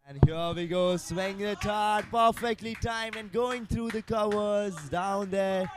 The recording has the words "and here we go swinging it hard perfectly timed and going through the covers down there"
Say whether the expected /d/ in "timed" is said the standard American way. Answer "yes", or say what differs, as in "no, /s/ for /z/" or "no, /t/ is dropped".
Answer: no, /d/ is dropped